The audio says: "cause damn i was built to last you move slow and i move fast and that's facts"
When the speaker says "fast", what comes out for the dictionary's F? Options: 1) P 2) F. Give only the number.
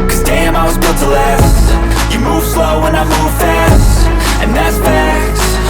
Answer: 2